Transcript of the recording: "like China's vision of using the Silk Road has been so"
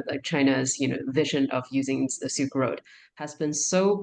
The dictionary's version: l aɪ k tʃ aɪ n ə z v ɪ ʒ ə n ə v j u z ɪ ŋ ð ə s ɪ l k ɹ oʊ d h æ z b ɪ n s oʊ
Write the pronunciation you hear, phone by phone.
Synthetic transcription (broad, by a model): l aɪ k tʃ aɪ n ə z v ɪ ʒ ə n ə v j u z ɪ ŋ ð ə s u k ɹ oʊ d h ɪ z b ɪ n s oʊ